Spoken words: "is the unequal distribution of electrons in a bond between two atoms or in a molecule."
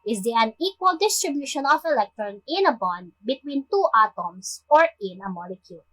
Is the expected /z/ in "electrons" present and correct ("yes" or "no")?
no